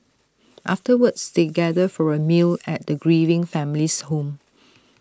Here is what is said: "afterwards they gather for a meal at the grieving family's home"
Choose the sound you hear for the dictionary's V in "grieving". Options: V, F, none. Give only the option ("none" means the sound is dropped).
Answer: V